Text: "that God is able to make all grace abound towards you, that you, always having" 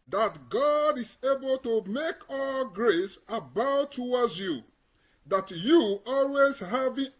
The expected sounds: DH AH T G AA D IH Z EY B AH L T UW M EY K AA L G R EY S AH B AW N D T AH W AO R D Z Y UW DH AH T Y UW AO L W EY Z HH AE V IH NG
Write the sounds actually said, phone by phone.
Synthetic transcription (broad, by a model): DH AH T G AA D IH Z EY B AH L T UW M EY K AA L G R EY S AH B AW T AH W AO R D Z Y UW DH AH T Y UW AO L W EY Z HH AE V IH